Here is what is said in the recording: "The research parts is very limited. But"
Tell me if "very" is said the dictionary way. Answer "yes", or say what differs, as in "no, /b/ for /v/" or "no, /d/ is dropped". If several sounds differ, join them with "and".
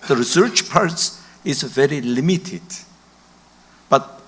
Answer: yes